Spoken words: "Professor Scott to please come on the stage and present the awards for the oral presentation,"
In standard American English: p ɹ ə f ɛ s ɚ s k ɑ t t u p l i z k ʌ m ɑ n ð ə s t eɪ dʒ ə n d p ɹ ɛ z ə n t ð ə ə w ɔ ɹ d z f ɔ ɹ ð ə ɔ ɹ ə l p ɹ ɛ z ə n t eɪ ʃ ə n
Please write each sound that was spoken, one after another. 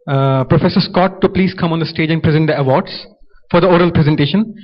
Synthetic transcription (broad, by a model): p ɹ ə f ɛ s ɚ s k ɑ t t u p l i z k ʌ m ɑ n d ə s t eɪ dʒ ə n d p ɹ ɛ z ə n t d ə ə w ɔ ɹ d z f ɔ ɹ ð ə ɔ ɹ ə l p ɹ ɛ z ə n t eɪ ʃ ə n